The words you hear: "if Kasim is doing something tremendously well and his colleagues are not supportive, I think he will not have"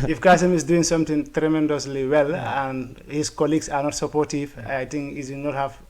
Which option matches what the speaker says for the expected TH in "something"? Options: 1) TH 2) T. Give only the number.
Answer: 2